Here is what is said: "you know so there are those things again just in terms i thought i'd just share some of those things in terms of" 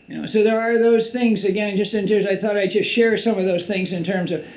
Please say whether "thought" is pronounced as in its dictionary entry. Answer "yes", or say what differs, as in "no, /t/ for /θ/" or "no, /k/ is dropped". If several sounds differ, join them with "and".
yes